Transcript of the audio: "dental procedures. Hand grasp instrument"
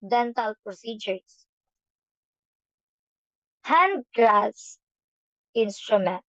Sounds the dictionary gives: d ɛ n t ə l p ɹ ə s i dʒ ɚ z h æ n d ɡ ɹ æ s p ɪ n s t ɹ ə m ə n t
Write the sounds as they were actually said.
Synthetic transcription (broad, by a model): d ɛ n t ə l p ɹ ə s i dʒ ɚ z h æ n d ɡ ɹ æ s ɪ n s t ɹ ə m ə n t